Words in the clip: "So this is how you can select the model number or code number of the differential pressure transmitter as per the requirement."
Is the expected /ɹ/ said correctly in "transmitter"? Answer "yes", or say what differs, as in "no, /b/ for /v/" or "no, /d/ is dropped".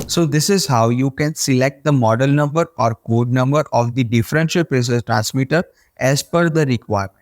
yes